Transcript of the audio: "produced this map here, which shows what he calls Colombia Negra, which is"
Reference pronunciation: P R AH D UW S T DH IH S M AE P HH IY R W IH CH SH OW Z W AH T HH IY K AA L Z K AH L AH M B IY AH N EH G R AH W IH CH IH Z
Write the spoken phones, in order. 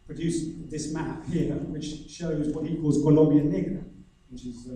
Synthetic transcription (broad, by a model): P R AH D UW S DH IH S M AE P HH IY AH W IH CH SH OW Z W AH T HH IY K AA L Z K AH L AH M B IY AH N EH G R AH W IH CH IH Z